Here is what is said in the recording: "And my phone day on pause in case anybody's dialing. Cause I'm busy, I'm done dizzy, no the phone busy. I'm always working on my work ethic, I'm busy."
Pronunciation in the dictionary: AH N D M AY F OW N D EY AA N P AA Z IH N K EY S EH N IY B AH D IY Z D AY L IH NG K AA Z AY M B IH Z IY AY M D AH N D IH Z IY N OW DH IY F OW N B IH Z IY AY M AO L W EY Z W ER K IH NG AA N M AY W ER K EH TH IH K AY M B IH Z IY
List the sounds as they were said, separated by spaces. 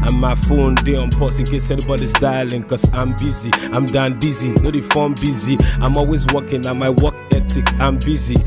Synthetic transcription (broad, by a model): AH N M AY F OW N D EY AA N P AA S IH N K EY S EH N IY B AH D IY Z D AY L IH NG K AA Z AY M B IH Z IY AY M D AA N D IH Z IY N OW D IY F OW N B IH Z IY AY M AO L W EY Z W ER K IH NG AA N M AY W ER K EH T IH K AY M B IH Z IY